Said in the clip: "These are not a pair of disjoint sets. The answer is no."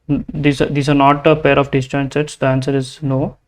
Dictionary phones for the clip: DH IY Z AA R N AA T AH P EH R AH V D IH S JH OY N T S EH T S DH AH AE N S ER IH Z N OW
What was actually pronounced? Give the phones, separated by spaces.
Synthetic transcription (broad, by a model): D IY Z AA R N AA T AH P EH R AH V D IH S CH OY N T S EH T S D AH AE N S ER IH Z N OW